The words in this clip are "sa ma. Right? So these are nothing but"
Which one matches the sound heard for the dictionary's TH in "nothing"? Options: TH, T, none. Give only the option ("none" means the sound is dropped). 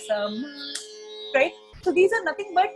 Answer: T